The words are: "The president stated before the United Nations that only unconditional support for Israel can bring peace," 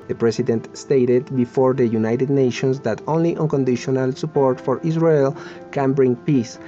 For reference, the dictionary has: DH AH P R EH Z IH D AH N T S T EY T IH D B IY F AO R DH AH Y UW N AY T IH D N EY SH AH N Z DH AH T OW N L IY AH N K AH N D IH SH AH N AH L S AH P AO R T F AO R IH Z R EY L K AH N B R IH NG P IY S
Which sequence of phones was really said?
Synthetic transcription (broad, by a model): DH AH P R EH S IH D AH N T S T EY T IH D B IY F AO R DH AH Y UW N AY T IH D N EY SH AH N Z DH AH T OW N L IY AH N K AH N D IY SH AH N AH L S AH P AO R T F AO R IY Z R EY L K AH N B R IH NG P IY S